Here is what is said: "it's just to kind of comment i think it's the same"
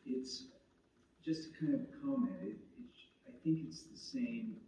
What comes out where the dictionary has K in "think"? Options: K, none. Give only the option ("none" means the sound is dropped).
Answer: K